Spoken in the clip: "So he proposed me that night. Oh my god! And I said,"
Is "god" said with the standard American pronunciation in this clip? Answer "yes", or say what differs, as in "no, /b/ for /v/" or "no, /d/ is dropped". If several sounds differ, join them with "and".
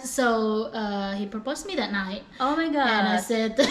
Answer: no, /d/ is dropped